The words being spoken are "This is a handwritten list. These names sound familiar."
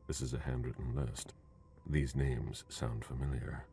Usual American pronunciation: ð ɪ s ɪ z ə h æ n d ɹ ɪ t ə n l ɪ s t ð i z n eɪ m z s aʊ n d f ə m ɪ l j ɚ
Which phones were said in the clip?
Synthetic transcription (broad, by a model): ð ɪ s ɪ z ə h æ n d ɹ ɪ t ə n l ɪ s t ð i z n eɪ m z s aʊ n d f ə m ɪ l j ɚ